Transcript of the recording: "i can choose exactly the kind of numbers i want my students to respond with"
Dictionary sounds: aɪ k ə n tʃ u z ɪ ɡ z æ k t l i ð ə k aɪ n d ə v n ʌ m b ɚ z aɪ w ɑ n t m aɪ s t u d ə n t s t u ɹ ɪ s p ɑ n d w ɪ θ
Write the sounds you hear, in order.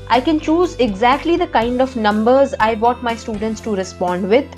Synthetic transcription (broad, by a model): aɪ k ə n tʃ u z ɪ ɡ z æ k t l i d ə k aɪ n d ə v n ʌ m b ɚ z aɪ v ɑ t m aɪ s t u d ə n t s t u ɹ ɪ s p ɑ n d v ɪ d